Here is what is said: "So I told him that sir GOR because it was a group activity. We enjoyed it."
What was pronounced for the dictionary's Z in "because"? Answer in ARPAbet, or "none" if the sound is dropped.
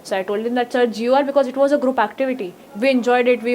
Z